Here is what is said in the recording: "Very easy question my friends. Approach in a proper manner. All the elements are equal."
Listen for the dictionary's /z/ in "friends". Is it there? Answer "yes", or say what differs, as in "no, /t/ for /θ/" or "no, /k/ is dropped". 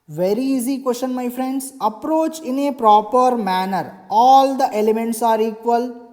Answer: no, /s/ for /z/